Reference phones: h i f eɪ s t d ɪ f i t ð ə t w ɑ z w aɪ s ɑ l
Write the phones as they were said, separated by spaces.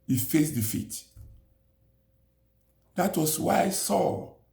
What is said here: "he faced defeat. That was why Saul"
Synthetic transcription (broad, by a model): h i f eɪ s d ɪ f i t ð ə t w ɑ s w aɪ s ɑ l